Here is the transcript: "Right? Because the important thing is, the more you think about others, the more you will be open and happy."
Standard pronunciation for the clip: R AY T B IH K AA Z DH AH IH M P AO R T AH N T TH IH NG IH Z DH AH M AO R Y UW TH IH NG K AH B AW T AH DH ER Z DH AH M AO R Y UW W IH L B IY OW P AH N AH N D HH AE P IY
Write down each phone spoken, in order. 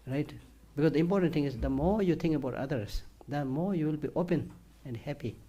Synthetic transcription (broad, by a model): R AY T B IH K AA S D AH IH M P AO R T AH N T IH NG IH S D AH M AO R Y UW T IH NG K AH B AW T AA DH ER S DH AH M AO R Y UW W IH L B IY OW P AH N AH N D HH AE P IY